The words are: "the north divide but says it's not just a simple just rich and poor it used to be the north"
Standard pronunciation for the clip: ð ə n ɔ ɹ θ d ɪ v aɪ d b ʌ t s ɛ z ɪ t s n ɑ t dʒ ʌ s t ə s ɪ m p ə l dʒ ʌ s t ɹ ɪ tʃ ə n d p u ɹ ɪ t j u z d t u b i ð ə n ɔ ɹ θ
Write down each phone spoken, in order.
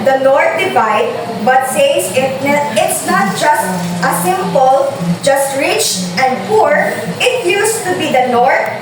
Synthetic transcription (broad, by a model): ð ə n ɔ ɹ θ d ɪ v aɪ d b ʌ t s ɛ s ɪ t s n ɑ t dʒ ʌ s t ə s ɪ m p ə l dʒ ʌ s t ɹ ɪ tʃ ə n d p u ɹ ɪ t j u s t u b i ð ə n ɔ ɹ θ